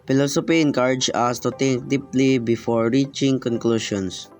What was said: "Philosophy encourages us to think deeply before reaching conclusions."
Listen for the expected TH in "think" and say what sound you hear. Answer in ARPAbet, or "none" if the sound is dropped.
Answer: T